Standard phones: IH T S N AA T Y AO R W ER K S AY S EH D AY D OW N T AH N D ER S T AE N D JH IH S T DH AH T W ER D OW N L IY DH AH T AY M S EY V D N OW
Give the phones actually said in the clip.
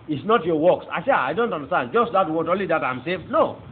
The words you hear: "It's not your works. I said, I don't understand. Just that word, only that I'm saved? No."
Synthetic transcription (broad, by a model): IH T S N AA T Y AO W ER K S AY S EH AY D OW N T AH N D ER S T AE N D JH IH S T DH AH T W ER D OW N L IY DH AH T AY M S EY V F N OW